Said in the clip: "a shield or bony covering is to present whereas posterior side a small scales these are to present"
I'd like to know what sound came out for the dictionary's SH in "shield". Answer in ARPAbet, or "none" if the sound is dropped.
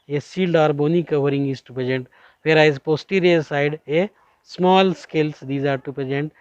S